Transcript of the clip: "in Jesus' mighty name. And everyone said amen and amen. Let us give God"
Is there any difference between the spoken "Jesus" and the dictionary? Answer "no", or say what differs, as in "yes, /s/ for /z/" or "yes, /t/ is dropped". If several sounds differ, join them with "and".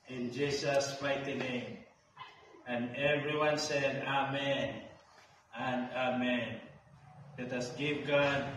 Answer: yes, /s/ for /z/